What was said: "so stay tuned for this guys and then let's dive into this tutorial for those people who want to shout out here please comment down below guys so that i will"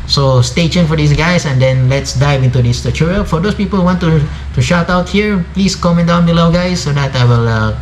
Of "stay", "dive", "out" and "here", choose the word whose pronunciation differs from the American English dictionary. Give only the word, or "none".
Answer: none